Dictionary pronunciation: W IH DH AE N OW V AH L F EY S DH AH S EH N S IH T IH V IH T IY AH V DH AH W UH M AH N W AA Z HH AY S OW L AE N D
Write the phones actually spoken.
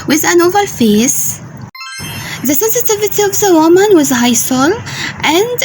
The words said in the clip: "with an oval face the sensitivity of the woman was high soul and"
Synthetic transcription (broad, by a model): W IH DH AE N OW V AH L F EY S DH AH S EH N S IH T IH V IH T IY AH V DH AH W UH M AH N W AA Z HH AY S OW L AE N D